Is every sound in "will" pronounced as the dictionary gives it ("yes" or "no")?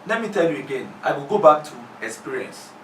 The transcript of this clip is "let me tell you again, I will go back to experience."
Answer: yes